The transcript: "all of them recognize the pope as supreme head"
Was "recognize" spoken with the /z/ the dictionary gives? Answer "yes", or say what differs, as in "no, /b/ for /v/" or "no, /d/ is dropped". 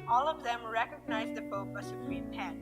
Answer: yes